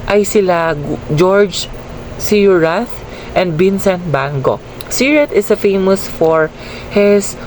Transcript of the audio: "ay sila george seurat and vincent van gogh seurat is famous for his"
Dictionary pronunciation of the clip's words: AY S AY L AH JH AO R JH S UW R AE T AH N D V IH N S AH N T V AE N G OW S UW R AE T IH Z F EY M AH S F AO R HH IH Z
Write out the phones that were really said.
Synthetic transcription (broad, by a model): AY S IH L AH JH AO R JH S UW R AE T AH N D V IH N S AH N T B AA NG G OW S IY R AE T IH S F EY M AH S F AO R HH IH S